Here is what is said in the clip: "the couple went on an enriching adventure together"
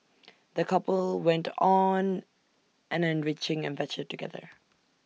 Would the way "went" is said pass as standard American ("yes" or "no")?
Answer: yes